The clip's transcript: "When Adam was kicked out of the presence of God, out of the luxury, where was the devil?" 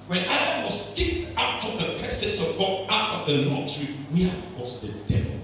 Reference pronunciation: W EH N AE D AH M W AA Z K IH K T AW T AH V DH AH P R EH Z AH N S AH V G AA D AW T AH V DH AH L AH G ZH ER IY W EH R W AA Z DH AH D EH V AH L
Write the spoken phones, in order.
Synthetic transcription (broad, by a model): W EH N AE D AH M W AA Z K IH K T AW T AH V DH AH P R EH S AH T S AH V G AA AW T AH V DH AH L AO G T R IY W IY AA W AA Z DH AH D EH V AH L